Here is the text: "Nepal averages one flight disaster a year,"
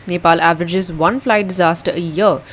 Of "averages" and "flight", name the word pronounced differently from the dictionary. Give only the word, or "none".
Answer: none